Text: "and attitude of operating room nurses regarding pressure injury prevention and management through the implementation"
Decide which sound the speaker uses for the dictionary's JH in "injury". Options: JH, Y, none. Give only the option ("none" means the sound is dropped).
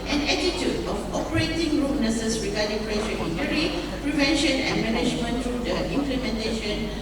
none